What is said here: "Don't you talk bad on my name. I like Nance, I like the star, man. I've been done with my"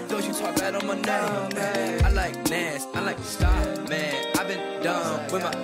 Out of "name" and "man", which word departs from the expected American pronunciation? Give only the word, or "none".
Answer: name